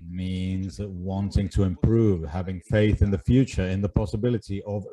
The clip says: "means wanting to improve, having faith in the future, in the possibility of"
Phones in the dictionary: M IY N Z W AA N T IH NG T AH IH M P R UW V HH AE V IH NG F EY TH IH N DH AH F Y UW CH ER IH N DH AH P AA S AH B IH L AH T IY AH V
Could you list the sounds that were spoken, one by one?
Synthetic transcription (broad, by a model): M IY N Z W AA N T IH NG T AH IH M P R UW V HH AE V IH NG F EY TH IH N DH AH F Y UW CH ER IH N DH AH P AA S AH B IH L AH T IY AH V